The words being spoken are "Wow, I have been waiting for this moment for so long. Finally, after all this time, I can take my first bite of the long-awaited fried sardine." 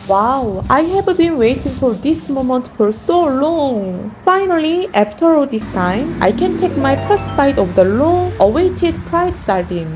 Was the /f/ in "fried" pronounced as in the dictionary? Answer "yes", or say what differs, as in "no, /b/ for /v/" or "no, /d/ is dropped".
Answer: no, /p/ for /f/